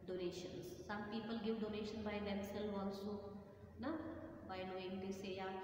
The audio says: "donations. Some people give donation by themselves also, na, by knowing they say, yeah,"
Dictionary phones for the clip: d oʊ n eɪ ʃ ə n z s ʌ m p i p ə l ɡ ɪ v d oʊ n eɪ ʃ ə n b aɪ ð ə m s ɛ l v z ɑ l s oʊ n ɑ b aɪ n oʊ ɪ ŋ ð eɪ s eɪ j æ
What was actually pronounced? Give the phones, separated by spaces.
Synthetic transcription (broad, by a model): d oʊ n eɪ ʃ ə n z s ʌ m p i p ə l ɡ ɪ v d oʊ n eɪ ʃ ə n b aɪ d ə m s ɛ l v ɑ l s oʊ n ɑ b aɪ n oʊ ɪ ŋ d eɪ s eɪ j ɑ